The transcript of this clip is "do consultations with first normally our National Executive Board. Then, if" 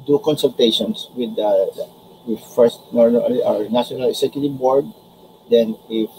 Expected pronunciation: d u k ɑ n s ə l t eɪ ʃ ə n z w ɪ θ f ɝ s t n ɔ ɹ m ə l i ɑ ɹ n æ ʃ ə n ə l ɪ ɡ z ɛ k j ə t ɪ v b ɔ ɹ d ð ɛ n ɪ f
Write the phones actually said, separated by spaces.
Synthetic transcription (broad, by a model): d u k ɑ n s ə l t eɪ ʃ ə n s w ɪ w f ɝ s t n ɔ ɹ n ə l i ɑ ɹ n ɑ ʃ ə n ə l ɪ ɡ s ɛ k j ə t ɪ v b ɔ ɹ d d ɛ n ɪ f